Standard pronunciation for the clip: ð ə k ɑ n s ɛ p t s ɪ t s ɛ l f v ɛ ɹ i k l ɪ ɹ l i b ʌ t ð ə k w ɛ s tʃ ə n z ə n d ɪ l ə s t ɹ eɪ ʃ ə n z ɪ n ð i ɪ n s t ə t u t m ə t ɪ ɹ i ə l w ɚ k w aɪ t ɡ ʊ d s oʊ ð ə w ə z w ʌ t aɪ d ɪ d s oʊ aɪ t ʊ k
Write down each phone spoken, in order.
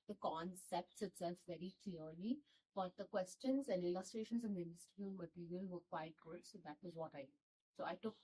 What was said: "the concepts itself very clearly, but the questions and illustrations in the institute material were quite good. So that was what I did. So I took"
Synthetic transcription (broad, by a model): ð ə k ɑ n s ɛ p t s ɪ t s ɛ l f v ɛ ɹ i k l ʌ ɹ l i b ʌ t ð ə k w ɛ s tʃ ə n z ə n d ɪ l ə s t ɹ eɪ ʃ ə n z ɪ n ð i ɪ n s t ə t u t m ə t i ɹ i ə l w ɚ k w aɪ t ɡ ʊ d s oʊ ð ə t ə z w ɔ t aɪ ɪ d s oʊ aɪ t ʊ k